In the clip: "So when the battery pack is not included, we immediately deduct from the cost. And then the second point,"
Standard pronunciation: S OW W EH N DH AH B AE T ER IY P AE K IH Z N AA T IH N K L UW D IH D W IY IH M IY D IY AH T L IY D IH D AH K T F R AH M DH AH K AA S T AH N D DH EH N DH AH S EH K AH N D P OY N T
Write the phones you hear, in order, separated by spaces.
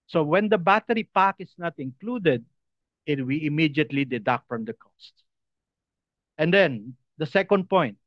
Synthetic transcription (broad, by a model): S OW W EH N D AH B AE T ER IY P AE K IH S N AA T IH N K L UW D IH D W IY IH M IY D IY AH T L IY D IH D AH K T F R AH M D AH K AA S T AH N D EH N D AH S EH K AH N D P OY N T